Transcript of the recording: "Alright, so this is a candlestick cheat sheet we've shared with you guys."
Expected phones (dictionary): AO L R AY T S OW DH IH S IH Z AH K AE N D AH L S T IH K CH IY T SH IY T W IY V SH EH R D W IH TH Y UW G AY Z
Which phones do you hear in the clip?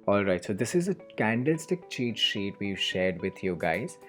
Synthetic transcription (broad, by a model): AO L R AY T S OW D IH S IH Z AH K AE N D AH L S T IH K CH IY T SH IY T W IY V SH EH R D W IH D Y UW G AY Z